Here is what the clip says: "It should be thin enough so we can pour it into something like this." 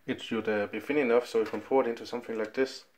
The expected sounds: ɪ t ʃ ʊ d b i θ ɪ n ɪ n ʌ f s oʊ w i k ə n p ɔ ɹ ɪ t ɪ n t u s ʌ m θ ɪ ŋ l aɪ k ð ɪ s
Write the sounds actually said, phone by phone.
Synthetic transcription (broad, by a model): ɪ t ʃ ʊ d b i f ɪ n ɪ n ʌ f s oʊ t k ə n f ɔ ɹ ɪ t ɪ n t u s ʌ m θ ɪ ŋ l aɪ k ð ɪ s